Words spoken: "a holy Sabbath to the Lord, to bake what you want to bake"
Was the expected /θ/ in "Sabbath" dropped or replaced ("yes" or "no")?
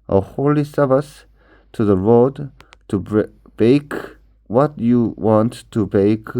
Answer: yes